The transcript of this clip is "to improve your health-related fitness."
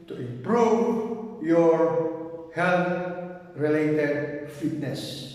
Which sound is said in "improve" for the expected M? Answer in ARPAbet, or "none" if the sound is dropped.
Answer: none